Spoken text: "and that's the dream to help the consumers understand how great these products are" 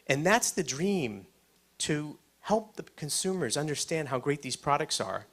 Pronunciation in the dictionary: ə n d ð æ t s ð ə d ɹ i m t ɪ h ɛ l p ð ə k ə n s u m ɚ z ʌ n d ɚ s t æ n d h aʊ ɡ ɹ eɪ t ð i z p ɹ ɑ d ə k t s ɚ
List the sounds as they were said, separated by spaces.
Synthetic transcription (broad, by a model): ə n ð æ t s ð ə d ɹ i m t ɪ h ɛ l p ð ə k ə n s u m ɚ z ʌ n d ɚ s t æ n d h aʊ ɡ ɹ eɪ t ð i z p ɹ ɑ d ə k t s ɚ